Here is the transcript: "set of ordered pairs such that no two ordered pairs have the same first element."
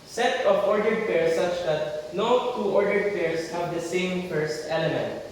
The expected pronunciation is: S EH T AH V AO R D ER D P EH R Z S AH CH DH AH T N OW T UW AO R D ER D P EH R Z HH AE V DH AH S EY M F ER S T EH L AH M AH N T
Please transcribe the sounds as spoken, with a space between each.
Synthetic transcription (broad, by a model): S EH T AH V AO R D ER D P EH R S AH CH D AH T N OW T UW AO R D ER D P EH R S HH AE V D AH S EY M F ER S T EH L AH M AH N T